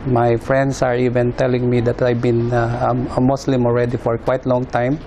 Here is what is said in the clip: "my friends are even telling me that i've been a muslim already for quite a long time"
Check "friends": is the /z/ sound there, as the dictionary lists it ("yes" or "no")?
no